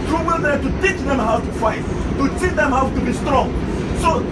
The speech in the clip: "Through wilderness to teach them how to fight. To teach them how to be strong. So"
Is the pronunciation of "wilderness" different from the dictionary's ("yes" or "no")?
yes